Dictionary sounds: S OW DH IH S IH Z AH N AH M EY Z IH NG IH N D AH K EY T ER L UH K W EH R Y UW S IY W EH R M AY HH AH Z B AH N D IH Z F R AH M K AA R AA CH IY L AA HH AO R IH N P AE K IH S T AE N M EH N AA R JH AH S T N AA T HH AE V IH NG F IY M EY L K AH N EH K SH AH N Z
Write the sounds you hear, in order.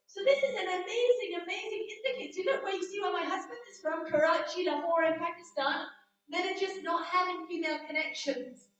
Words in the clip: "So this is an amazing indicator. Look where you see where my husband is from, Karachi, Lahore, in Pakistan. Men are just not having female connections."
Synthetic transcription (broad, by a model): S OW DH IH S IH Z AH N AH M EY Z IH NG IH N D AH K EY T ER N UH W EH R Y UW S IY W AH M AY HH AH Z B AH N D IH Z F R AH M K AA R AA CH IY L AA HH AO R IH N P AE K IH S T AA N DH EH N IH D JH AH S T N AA T HH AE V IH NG F IY M EY L K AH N EH K SH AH N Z